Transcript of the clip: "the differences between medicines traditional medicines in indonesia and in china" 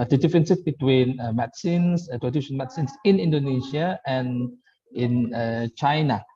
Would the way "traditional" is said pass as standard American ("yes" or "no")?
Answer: no